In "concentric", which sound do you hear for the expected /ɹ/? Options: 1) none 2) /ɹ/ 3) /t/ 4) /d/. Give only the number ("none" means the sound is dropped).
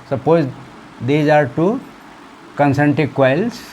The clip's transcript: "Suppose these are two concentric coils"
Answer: 1